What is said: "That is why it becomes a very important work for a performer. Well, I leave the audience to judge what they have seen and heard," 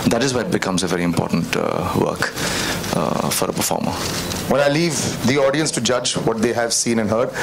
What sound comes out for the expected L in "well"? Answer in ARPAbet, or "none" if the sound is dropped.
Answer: N